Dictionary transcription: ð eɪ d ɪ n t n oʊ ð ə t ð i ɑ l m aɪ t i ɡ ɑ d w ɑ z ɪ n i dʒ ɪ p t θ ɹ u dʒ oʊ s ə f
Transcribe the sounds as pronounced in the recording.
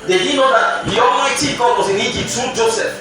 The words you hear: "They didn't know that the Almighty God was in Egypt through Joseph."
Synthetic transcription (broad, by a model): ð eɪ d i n n oʊ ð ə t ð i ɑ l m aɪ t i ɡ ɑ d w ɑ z ɪ n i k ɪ t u dʒ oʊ s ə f